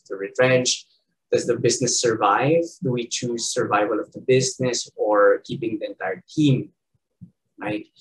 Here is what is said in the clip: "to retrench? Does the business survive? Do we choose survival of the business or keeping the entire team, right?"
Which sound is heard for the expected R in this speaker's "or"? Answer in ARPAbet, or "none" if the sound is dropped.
R